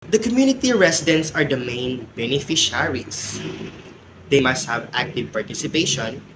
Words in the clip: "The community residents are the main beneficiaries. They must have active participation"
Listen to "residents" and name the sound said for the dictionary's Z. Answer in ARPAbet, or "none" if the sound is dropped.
S